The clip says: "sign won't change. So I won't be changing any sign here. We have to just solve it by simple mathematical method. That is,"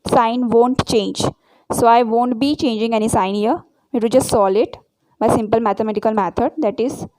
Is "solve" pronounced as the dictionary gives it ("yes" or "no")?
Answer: no